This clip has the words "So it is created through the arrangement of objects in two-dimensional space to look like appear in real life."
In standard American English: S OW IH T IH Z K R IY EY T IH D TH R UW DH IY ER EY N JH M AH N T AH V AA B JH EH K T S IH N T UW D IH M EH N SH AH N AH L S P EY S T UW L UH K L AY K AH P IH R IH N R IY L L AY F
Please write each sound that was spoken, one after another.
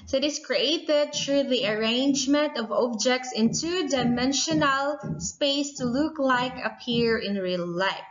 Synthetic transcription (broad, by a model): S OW IH T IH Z K R IY EY T IH D T R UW DH IY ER EY N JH M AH N T AH V AA B JH EH K T S IH N T UW D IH M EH N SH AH N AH L S P EY S T UW L UH K L AY K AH P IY R IH N R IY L L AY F